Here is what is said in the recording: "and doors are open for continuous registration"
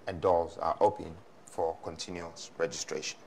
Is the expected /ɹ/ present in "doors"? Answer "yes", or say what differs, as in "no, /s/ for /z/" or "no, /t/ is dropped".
no, /l/ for /ɹ/